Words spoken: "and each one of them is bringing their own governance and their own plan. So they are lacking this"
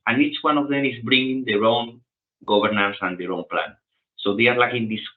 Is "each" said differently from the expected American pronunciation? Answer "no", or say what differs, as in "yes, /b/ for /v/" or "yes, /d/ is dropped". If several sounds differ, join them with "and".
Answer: no